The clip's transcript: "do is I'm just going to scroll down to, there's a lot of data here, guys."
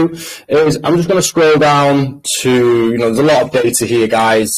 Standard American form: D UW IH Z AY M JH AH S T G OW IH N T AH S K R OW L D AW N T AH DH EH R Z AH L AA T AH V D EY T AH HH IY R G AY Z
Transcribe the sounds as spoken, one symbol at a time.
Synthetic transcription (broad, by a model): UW IH Z AY M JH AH S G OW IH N AH S K R OW L D AW N T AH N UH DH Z AH L AA T AH V D EY T AH HH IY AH G AY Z